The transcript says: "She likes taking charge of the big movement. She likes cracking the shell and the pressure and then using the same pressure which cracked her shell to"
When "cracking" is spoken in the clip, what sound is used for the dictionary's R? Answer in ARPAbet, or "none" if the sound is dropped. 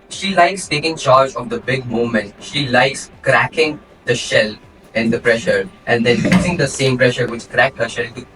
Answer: R